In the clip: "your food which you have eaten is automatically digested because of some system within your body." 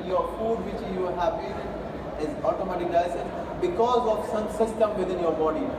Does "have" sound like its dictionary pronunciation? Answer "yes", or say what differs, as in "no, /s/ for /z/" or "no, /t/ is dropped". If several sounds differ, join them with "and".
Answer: no, /b/ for /v/